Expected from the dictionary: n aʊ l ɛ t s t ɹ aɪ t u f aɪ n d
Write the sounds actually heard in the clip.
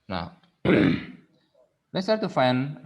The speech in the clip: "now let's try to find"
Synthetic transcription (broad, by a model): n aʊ l ɛ t s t aɪ t u f aɪ n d